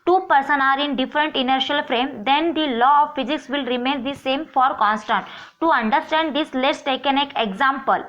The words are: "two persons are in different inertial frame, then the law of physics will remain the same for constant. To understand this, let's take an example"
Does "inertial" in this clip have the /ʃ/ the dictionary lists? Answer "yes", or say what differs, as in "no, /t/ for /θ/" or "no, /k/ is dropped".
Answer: yes